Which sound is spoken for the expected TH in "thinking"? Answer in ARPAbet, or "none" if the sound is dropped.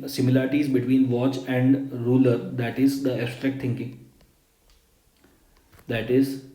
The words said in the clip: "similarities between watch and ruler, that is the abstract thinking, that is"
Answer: T